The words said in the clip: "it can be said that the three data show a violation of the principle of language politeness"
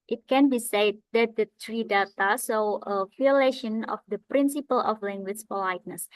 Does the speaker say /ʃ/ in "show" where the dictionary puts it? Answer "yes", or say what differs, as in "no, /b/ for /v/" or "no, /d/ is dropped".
no, /s/ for /ʃ/